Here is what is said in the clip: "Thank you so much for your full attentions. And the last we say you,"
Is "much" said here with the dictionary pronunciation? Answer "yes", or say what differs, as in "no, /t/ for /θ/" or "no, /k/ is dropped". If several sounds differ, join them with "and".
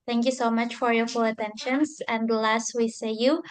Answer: yes